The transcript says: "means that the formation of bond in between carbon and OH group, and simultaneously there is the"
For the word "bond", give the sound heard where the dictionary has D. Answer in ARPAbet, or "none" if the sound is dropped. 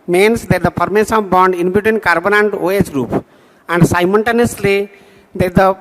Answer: D